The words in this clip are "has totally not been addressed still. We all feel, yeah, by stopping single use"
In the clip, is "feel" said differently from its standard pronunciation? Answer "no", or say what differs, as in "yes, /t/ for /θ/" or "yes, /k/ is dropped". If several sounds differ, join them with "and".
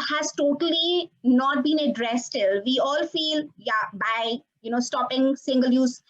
no